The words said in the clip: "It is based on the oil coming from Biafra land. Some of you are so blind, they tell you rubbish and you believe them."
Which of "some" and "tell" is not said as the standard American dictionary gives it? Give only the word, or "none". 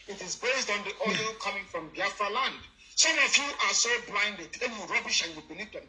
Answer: tell